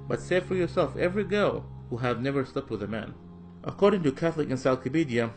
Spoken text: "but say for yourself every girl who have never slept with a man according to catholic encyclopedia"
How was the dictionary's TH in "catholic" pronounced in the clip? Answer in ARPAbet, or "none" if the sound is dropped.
TH